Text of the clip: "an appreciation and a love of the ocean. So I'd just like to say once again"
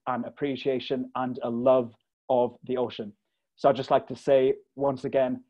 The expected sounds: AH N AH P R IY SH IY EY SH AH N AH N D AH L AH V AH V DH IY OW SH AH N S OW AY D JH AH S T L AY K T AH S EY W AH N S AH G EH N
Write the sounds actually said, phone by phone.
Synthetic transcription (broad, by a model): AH N AH P R IY SH IY EY SH AH N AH N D AH L AH V AH V DH IY OW SH AH N S OW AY JH AH S T L AY K T AH S EY W AH N S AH G EH N